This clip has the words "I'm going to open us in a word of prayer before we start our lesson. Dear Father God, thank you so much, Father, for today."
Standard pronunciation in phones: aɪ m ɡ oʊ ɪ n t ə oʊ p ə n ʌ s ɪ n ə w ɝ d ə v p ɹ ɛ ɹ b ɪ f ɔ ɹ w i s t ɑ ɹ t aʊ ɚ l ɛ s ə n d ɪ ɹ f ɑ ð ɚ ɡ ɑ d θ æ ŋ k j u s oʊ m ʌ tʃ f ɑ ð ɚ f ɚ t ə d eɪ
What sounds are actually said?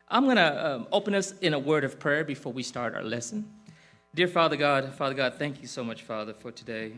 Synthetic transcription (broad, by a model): aɪ m ɡ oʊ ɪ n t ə oʊ p ə n ʌ s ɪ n ə w ɝ d ə v p ɹ ɛ ɹ b ɪ f ɔ ɹ w i s t ɑ ɹ t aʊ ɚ l ɛ s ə n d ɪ ɹ f ɑ ð ɚ ɡ ɑ d θ æ ŋ k j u s oʊ m ʌ tʃ f ɑ ð ɚ f ɚ t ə d eɪ